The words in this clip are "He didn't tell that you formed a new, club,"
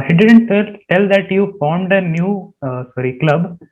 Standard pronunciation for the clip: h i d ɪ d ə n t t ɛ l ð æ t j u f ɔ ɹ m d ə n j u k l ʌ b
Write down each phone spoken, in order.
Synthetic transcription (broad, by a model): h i d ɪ d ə n t t ɛ l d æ t j u f ɔ ɹ m d ə n j u k l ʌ b